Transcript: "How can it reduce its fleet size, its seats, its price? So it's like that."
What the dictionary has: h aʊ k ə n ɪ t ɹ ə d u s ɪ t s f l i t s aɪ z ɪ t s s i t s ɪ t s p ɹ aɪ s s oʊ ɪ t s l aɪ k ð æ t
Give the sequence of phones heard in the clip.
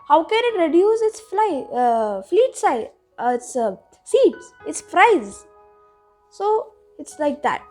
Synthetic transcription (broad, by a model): h aʊ k ə n ɪ t ɹ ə d u s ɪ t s f l i t s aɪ ɪ t s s i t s ɪ t s f ɹ aɪ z s oʊ ɪ t s l aɪ k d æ t